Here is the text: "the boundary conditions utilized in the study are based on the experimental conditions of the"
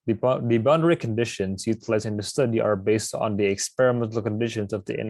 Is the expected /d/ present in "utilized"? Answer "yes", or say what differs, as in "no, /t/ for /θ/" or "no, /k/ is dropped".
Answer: no, /d/ is dropped